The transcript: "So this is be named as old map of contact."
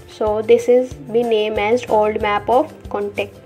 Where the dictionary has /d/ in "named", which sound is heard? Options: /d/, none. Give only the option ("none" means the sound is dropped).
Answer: none